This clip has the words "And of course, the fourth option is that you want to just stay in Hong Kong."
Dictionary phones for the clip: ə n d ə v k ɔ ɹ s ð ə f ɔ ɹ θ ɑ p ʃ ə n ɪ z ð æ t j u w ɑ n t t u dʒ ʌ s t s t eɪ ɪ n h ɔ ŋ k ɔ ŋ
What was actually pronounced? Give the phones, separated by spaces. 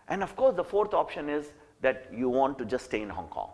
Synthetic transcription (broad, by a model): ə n d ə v k ɔ ɹ s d ə f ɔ ɹ t ɑ p ʃ ə n ɪ z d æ t j u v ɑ n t t u dʒ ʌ s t s t eɪ ɪ n h ɔ ŋ k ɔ ŋ